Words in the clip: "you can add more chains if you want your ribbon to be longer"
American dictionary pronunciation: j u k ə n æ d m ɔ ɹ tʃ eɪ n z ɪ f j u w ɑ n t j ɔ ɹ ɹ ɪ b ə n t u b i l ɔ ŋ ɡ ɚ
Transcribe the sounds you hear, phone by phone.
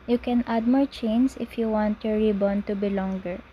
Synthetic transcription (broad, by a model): j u k ə n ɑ d m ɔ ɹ tʃ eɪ n s ɪ f j u w ɑ n t j ɔ ɹ ɹ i b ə n t u b i l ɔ ŋ ɡ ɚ